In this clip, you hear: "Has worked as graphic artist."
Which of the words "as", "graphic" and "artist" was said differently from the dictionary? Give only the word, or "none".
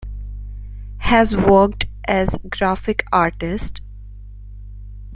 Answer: none